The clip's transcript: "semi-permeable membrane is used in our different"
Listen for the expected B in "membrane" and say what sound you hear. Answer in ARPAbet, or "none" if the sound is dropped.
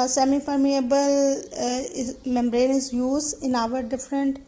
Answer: B